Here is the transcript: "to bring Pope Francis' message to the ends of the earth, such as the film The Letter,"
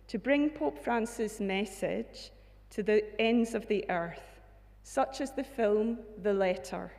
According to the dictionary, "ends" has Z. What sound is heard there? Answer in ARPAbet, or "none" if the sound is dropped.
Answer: Z